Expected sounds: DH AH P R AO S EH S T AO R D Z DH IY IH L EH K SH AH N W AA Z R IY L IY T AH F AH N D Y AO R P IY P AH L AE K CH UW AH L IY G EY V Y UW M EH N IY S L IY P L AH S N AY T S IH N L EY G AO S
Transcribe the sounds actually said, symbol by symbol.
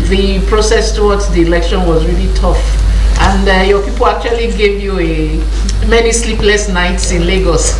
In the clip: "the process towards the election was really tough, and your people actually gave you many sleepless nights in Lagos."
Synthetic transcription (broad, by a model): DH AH P R AO S EH S T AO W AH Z DH IY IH L EH K SH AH N W AA Z R IY L IY T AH F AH N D Y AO P IY P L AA K CH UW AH L IY G EY V Y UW M EH N IY S L IY P L AH S N AY T S IH N L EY G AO S